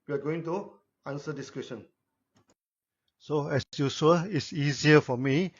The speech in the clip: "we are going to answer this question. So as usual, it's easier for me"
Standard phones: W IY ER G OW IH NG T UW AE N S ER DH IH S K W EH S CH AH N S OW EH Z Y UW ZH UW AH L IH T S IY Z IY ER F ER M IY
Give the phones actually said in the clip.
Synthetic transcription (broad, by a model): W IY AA G OW IH NG T UW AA N S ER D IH S K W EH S SH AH N S OW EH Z Y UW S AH IH T S IY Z IY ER F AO M IY